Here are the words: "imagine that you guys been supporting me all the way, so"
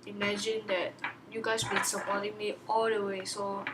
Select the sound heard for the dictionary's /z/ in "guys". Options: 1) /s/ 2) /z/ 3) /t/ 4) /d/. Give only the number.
1